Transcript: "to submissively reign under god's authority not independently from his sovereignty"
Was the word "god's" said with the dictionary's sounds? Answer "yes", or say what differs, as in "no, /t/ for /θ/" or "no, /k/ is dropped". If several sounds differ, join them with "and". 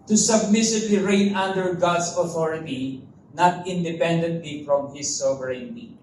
no, /s/ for /z/